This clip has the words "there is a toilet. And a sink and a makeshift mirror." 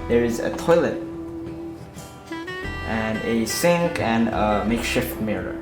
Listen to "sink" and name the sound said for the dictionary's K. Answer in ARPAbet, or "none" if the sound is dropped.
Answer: K